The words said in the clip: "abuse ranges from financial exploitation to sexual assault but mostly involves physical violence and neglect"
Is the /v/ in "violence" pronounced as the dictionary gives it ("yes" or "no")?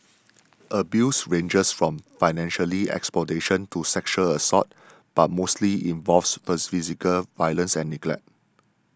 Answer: yes